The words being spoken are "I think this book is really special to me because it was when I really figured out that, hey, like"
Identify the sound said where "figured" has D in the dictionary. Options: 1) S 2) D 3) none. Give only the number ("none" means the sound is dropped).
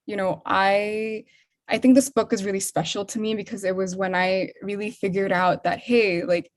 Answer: 2